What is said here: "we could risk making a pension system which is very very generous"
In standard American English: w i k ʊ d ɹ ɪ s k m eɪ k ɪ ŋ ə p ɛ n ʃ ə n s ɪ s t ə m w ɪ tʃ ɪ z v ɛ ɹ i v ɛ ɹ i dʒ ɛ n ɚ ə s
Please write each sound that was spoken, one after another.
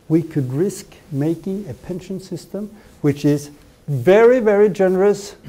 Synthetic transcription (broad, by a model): w i k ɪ d ɹ ɪ s k m eɪ k ɪ ŋ ə p ɛ n ʃ ə n s ɪ s t ə m w ɪ tʃ ɪ z v ɛ ɹ i v ɛ ɹ i dʒ ɛ n ɚ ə s